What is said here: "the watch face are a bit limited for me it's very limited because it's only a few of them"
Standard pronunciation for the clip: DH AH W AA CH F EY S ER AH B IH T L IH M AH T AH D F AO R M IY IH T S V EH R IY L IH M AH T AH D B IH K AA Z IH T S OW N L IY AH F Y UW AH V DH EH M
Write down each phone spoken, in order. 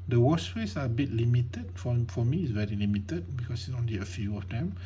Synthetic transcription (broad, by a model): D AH W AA S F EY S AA AH B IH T L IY M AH T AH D F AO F M IY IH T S V EH R IY L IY M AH T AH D B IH K AA S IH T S OW N L IY AH F Y UW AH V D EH M